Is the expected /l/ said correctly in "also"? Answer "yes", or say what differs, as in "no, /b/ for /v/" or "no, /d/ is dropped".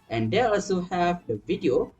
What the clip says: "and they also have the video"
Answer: yes